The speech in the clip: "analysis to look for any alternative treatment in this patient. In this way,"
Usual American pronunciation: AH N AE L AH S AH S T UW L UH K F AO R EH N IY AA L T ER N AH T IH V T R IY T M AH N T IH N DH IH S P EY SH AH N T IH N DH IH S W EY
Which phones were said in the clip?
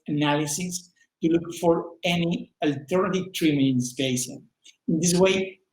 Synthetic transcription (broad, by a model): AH N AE L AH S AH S T UW L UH K F AO R EH N IY AA L T ER N AH T IH V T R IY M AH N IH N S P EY S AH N IH N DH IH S W EY